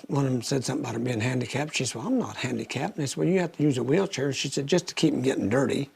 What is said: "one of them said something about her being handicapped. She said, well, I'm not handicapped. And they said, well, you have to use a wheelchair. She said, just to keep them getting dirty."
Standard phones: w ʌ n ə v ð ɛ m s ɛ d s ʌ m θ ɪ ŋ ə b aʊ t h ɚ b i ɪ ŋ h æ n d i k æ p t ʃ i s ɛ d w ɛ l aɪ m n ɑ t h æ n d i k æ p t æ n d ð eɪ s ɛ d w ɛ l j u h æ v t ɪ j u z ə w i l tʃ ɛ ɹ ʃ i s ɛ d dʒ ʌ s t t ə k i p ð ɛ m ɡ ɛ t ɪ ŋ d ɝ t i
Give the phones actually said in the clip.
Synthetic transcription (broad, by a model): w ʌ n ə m s ɛ d s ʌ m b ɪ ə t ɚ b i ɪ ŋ h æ n d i k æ p ʃ i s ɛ w ɛ l aɪ m n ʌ t h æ n d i k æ p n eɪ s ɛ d w ɛ l j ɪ h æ f t ɪ j u z ə w i l tʃ ɛ ɹ ʃ i s ɛ d dʒ ʌ s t t ə k i p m ɡ ɛ t ɪ ŋ d ɝ t i